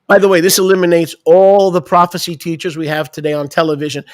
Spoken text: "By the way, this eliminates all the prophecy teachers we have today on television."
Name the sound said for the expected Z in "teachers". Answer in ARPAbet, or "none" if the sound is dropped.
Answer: Z